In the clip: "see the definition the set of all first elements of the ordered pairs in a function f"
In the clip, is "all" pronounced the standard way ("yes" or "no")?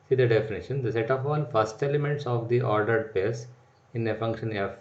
no